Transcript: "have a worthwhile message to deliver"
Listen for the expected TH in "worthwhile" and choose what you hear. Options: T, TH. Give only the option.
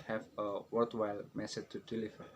T